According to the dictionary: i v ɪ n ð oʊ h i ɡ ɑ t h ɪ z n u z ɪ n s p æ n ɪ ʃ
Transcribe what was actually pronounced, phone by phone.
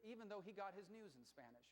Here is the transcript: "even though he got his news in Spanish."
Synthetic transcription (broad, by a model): i v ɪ n ð oʊ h i ɡ ɑ t h ɪ z n u z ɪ n s p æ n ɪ ʃ